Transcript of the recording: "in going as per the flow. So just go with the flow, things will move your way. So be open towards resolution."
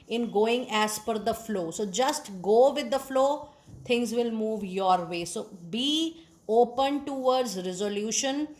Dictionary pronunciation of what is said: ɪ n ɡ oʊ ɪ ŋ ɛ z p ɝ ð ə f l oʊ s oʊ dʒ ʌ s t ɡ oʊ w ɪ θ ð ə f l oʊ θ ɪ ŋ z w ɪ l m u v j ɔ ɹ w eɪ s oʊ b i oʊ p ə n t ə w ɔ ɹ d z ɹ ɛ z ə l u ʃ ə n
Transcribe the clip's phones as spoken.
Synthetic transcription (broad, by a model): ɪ n ɡ oʊ ɪ ŋ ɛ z f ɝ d ə f l oʊ s oʊ dʒ ʌ s t ɡ oʊ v ɪ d ə f l oʊ t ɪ ŋ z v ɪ l m u v j ɔ ɹ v eɪ s oʊ b i oʊ p ə n t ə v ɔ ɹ d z ɹ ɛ z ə l u ʃ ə n